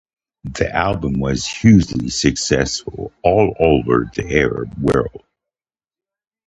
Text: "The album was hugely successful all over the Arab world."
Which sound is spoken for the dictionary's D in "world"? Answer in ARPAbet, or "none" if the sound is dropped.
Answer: none